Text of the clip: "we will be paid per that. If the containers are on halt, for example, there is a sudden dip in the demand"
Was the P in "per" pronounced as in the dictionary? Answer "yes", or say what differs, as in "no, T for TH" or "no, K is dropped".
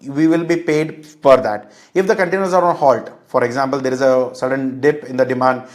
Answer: no, F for P